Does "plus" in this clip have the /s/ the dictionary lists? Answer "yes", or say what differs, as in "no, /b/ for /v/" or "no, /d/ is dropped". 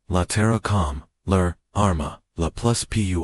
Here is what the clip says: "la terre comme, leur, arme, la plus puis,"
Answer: yes